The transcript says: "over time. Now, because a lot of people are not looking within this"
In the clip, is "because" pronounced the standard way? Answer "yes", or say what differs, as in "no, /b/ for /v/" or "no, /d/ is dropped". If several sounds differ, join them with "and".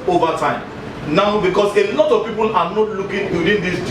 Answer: no, /s/ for /z/